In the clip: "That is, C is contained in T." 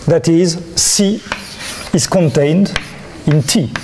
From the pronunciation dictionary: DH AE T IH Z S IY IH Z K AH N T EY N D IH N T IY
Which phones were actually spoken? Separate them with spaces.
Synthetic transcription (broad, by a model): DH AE T IH Z S IY IH Z K AH N T EY N D IH N T IY